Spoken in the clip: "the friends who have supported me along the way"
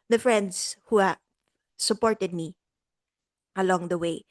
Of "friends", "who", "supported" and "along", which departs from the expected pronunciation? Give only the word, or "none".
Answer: friends